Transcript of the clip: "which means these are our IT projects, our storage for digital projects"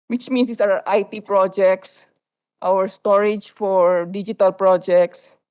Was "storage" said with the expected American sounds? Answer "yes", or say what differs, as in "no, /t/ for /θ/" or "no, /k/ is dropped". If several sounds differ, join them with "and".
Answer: yes